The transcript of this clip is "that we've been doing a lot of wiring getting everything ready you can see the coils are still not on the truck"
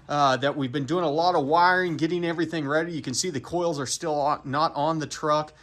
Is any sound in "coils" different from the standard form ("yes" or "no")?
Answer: no